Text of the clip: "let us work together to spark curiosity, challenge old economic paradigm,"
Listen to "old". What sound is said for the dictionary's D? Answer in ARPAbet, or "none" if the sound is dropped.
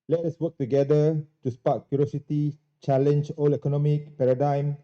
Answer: none